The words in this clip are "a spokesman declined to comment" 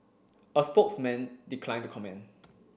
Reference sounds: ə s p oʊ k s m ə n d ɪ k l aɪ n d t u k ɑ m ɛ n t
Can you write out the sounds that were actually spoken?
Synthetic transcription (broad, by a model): ə s p oʊ k s m ə n d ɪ k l aɪ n t u k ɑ m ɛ n